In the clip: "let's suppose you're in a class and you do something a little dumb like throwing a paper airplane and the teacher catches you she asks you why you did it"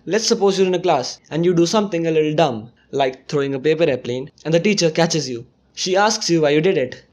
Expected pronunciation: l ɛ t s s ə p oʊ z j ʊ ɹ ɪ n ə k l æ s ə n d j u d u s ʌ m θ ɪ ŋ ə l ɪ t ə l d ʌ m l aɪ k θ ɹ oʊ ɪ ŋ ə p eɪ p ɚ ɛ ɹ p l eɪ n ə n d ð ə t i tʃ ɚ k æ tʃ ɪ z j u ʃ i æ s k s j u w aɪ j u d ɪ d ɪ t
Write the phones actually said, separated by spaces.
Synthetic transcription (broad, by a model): l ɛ t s s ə p oʊ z j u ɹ ɪ n ə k l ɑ s ə n d j u d u s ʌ m t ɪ ŋ ə l ɪ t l d ʌ m l aɪ k t ɹ oʊ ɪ ŋ ə p eɪ p ɚ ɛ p l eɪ n ə n d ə t i tʃ ɚ k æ tʃ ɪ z j u ʃ i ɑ s k s j u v aɪ j u d ɪ d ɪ t